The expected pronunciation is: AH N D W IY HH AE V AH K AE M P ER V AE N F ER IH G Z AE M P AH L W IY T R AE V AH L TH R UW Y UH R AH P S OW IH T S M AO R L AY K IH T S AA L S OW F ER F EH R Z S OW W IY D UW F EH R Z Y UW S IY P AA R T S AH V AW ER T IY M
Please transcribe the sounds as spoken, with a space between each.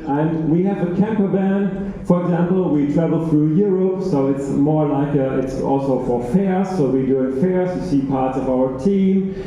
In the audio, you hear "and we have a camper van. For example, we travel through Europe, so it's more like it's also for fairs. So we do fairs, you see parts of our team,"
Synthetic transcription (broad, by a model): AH N W IY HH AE V AH K AE M P ER B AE N F ER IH G Z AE M P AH L W IY T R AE V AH L TH R UW Y UH R AH P S OW IH T S M AO R L AY K IH T S AA L S OW F ER F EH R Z S OW W IY D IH F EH R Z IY S IY P AA R T S AH V AW ER T IY M